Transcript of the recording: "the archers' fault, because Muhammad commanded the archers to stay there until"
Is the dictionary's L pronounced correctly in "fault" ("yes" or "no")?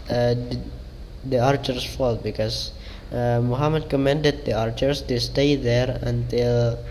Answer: yes